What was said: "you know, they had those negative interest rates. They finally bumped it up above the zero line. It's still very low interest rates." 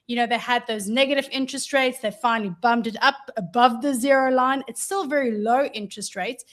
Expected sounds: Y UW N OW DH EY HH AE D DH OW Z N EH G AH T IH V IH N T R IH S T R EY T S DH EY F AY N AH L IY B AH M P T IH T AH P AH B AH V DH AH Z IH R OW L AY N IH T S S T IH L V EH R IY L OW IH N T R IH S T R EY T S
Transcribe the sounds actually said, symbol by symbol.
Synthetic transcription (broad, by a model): Y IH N OW DH EY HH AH D DH OW Z N EH G AH T IH V IH N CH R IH S T R EY T S DH EY F AY N L IY B AH M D IH T AH P AH B AH V DH AH Z IH R OW L AY N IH T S S T IH L V EH R IY L OW IH N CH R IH S T R EY T S